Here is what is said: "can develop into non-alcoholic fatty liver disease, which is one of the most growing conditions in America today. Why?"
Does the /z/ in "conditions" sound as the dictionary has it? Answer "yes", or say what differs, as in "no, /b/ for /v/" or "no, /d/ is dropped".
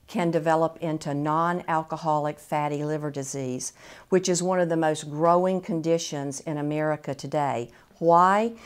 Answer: yes